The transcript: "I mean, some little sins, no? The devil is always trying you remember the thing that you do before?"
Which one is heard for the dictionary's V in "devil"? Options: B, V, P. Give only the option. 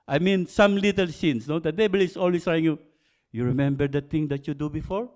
B